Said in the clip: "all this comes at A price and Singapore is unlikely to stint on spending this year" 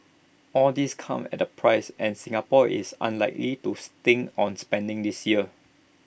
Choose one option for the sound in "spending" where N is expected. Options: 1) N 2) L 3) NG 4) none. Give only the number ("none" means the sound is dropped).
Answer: 1